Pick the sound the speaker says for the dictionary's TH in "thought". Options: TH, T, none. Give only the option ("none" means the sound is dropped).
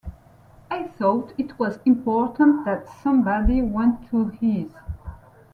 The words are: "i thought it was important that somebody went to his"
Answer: TH